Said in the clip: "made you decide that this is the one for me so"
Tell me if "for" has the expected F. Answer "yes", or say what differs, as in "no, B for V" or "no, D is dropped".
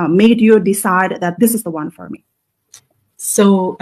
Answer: yes